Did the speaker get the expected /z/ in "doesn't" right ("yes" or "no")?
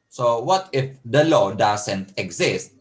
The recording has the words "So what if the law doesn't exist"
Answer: no